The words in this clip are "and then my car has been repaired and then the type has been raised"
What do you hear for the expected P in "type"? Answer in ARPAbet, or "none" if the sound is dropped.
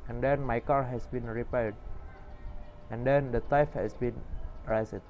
F